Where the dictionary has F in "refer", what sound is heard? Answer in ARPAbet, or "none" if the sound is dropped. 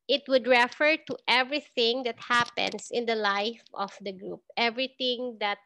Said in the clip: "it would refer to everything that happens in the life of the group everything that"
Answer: F